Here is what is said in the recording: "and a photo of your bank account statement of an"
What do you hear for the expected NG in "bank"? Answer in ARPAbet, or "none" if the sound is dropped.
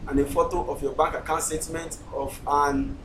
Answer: none